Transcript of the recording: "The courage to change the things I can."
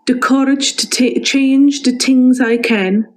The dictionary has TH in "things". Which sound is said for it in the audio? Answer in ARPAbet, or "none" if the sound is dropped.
T